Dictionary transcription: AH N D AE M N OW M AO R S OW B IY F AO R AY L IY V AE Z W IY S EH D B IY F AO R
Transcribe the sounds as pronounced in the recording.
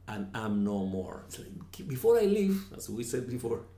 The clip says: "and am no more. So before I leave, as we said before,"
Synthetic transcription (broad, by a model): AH N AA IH M N OW M AO R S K B IY F AO R AY L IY V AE S W IY S EH D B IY F AO R